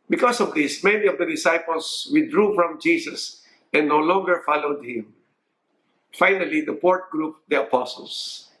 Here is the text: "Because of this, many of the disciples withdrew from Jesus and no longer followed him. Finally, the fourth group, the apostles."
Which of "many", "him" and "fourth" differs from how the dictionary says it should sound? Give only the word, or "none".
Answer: fourth